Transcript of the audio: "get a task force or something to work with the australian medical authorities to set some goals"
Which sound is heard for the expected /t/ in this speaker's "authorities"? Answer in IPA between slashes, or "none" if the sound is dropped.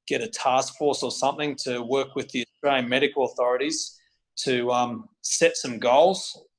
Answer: /t/